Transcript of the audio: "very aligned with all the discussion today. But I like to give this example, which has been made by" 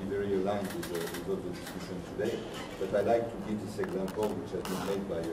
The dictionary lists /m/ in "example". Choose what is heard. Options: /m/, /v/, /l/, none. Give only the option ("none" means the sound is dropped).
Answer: /m/